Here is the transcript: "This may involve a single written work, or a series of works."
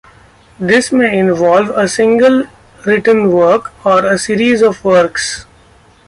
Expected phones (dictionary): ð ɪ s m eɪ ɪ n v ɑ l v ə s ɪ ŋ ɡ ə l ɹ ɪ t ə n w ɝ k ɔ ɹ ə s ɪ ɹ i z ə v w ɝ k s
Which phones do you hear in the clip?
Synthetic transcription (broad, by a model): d ɪ s m eɪ ɪ n v ɑ l v ə s ɪ ŋ ɡ ə l ɹ ɪ t ə n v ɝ k ɔ ɹ ə s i ɹ i z ə v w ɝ k s